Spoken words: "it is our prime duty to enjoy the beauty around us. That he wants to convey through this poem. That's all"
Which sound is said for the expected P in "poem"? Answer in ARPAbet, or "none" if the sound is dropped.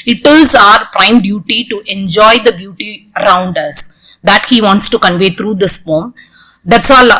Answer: F